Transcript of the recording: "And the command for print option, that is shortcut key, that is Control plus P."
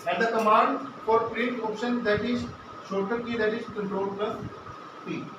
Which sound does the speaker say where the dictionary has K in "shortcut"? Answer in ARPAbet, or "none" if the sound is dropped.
none